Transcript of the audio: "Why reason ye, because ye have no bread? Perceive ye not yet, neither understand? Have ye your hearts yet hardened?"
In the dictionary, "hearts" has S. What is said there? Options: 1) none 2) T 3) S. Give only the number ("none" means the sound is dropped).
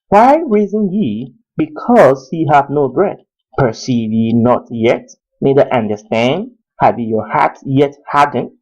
1